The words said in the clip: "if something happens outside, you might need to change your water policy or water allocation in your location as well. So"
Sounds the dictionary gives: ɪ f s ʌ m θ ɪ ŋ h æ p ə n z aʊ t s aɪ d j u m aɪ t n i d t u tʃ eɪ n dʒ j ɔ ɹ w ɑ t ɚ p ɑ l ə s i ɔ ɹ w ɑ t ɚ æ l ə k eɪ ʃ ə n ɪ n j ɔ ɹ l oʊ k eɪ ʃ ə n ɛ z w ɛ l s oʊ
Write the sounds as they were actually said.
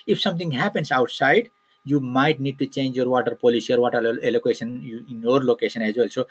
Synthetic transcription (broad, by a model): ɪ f s ʌ m t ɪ ŋ h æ p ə n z aʊ t s aɪ d j u m aɪ t n i d t u tʃ eɪ n dʒ j ɔ ɹ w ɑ t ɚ p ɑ l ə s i ɔ ɹ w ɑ t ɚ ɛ l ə k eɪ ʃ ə n ɪ n j ɔ ɹ l oʊ k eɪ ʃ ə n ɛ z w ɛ l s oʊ